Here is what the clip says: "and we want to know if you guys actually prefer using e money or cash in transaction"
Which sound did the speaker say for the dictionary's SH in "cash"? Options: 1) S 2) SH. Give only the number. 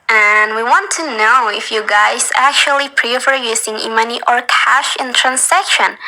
2